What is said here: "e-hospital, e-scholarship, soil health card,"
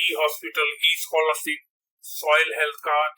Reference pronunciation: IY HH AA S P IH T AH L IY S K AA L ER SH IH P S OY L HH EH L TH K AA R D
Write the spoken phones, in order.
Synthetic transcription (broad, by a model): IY HH AA S P IH T AH L IY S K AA L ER S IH S OY L HH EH L T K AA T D